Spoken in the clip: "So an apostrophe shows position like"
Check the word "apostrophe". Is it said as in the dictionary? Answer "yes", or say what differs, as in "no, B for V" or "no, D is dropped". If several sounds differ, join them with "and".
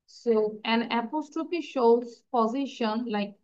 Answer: no, P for F